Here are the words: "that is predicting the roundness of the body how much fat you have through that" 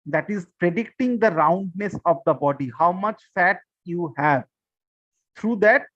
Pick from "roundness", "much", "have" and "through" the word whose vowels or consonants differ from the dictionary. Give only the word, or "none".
through